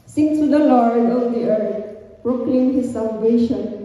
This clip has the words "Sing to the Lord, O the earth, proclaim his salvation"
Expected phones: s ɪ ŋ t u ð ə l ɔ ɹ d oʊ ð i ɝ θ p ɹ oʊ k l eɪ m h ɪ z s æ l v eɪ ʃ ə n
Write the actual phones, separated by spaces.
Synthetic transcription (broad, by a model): s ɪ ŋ s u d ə l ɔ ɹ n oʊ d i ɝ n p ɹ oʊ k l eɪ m h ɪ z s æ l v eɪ ʃ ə n